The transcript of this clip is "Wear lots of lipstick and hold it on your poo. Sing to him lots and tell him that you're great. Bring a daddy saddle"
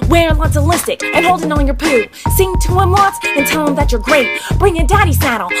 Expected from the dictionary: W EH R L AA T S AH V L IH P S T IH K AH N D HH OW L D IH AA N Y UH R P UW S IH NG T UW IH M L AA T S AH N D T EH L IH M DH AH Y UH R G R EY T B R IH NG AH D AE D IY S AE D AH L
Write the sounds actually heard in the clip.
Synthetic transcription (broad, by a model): W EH R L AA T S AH L IH S T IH K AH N HH OW L D IH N N Y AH R P UW S IH NG T UW IH M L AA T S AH N T EH L IH M DH AH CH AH R G R EY T B R IH NG AH D AE D IY S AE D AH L